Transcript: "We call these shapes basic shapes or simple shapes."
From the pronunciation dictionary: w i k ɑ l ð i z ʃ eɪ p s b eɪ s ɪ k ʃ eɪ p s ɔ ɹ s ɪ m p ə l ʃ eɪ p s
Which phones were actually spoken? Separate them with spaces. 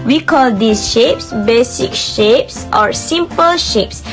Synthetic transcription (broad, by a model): w i k ɑ l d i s ʃ eɪ p s b eɪ s ɪ k ʃ eɪ p s ɔ ɹ s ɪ m p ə l ʃ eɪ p s